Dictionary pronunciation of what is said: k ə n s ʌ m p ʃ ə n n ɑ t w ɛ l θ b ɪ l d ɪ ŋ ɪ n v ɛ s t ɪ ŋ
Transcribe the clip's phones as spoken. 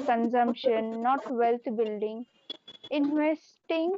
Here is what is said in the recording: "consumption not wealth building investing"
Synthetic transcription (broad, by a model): k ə n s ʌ m p ʃ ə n n ɑ t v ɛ l t b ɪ l d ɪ ŋ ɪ n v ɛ s t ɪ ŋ